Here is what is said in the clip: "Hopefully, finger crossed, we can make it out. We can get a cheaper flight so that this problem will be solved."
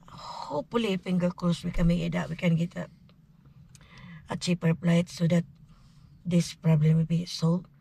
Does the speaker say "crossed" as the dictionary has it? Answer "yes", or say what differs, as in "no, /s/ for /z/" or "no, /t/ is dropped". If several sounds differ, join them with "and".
no, /l/ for /ɹ/